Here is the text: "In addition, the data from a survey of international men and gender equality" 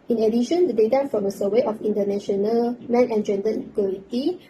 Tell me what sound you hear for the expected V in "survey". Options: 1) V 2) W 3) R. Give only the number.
2